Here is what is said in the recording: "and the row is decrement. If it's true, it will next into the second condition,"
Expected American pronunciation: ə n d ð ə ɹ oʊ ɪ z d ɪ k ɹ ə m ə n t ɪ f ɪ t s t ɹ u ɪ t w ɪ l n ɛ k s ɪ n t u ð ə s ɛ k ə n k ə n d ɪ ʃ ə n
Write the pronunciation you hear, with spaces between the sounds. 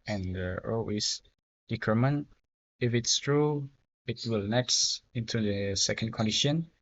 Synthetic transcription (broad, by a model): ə n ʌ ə l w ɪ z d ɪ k ɹ m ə n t ɪ f ɪ t s t ɹ u ɪ t w ɪ l n ɛ k s ɪ n t u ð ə s ɛ k ə n k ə n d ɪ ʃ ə n